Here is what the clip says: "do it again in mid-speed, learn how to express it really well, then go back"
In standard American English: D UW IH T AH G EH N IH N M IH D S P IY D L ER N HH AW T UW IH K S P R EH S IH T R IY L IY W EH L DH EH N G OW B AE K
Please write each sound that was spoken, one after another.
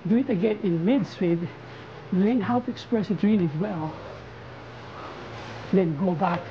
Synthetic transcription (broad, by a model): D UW IH T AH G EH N IH N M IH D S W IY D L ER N HH AW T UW IH K S P R EH S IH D R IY N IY W EH L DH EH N G OW B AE K